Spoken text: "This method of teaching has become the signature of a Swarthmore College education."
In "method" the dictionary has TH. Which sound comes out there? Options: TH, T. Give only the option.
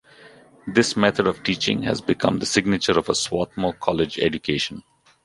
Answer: T